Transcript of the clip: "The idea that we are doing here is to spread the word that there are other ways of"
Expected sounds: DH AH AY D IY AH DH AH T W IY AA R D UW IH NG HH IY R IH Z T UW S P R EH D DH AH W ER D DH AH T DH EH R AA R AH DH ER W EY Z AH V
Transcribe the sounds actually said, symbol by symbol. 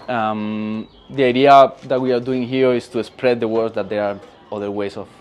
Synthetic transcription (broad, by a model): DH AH AY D IY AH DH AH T W IY AA R D UW IH NG HH IY R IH S T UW S P R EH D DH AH W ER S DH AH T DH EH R AA R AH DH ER W EY S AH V